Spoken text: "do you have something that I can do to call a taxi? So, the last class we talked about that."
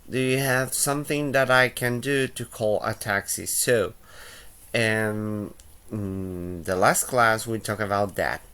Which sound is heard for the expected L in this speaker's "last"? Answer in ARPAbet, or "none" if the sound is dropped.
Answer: L